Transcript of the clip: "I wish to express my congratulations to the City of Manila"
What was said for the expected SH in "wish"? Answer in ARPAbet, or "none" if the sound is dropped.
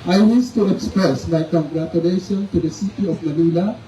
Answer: S